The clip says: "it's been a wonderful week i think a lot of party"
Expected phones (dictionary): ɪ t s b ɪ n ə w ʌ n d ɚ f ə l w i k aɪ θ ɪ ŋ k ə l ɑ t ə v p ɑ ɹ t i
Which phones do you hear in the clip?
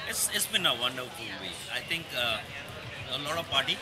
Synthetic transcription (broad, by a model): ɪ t s b ɪ n ə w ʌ n d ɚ f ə l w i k aɪ t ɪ ŋ k ə l ɑ t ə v p ɑ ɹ t i